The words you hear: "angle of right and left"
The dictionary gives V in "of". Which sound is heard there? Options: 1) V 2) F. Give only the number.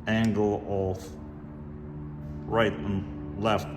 2